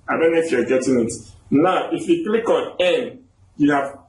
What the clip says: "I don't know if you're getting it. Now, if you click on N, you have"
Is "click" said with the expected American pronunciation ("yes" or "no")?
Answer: yes